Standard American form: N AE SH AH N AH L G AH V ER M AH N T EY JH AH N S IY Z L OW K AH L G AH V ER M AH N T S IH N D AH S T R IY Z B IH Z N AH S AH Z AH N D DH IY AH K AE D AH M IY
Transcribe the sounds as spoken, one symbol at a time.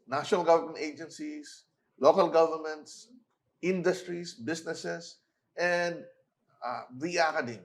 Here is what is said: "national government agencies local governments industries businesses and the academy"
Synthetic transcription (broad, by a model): N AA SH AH N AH L G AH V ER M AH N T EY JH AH N S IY S L OW K AH L G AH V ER M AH N T S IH N D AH S T R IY S B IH S N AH S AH S AH N D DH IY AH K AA D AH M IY